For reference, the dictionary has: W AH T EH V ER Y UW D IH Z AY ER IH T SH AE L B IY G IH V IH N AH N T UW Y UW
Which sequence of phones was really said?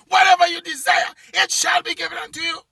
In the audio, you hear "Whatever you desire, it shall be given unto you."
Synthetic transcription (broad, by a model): W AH T EH V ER Y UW D IH Z AY ER IH T SH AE L B IY G IH V IH N AH N T UW Y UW